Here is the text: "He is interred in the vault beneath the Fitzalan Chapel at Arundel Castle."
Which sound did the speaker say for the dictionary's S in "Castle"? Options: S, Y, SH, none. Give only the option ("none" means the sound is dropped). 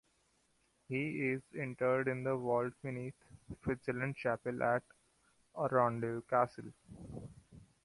S